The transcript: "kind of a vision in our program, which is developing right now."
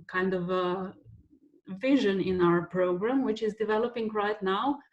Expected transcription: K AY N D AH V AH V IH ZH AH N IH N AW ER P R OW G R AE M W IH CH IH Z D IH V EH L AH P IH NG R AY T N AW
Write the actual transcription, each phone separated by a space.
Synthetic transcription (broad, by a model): K AY N D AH V AH V IH ZH AH N IH N AW ER P R OW G R AE M W IH CH IH Z D IH V EH L AH P IH NG R AY T N AW